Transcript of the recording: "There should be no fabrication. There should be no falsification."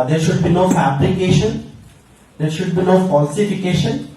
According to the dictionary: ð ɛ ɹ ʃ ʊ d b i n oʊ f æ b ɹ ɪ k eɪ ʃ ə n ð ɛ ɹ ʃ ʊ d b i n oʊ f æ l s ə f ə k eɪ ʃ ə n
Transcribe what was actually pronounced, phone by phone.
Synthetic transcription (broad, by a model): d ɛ ɹ ʃ ʊ d b i n oʊ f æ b l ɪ k eɪ ʃ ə n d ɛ ɹ ʃ ʊ d b i n oʊ f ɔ l s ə f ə k eɪ ʃ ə n